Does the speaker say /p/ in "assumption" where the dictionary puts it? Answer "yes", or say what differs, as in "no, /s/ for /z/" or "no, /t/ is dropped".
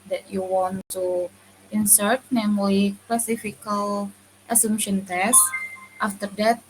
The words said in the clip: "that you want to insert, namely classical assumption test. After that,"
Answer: no, /p/ is dropped